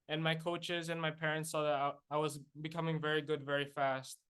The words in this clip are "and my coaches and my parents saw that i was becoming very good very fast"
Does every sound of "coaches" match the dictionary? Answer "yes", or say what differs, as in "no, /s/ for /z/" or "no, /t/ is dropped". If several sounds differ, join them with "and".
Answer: yes